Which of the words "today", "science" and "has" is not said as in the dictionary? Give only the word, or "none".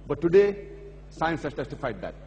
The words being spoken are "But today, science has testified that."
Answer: has